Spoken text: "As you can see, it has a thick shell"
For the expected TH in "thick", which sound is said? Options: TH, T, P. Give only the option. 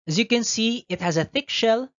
TH